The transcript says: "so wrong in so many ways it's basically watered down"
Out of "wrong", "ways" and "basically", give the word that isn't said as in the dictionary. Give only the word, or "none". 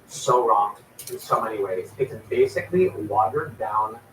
none